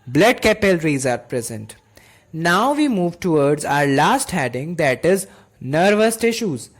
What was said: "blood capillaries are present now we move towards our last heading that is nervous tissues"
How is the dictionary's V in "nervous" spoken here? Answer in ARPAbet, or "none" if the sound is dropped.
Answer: V